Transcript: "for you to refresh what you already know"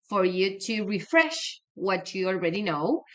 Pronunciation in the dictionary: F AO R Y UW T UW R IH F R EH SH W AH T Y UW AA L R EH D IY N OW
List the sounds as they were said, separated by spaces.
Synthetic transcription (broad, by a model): F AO R Y UW T UW R IH F R EH SH W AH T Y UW AA L R EH D IY N OW